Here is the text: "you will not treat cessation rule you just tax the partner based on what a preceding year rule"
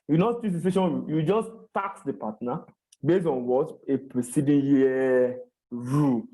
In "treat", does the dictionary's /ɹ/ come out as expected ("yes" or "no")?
no